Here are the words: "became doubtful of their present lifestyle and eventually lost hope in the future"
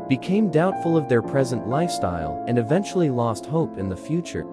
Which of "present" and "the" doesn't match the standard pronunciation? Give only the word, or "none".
none